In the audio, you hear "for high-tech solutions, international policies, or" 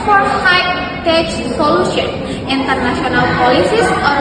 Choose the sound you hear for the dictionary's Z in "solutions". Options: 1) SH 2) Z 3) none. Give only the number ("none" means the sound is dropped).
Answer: 3